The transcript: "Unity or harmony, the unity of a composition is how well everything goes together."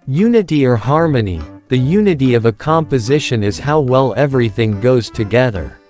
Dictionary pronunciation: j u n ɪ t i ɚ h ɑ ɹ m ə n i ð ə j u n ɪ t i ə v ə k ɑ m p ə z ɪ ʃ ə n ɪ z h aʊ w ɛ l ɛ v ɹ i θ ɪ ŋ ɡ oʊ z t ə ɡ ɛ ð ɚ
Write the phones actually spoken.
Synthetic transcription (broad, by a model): j u n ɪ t i ɚ h ɑ ɹ m ə n i ð ə j u n ɪ t i ə v ə k ɑ m p ə z ɪ ʃ ə n ɪ z h aʊ w ɛ l ɛ v ɹ i θ ɪ ŋ ɡ oʊ z t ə ɡ ɛ ð ɚ